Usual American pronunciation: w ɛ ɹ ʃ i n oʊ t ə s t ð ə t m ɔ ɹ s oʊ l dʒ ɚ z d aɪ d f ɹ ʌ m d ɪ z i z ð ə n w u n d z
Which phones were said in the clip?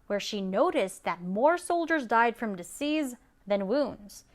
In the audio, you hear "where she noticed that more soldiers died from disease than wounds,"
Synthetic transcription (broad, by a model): w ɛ ɹ ʃ i n oʊ t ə s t ð ə t m ɔ ɹ s oʊ l dʒ ɚ z d aɪ d f ɹ ʌ m d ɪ s i z ð ə n w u n d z